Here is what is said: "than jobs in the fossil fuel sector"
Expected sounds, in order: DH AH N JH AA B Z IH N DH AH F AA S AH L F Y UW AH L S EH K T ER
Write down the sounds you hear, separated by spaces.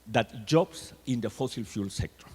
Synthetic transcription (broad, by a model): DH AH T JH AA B S IH N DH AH F AA S AH L F Y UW L S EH K T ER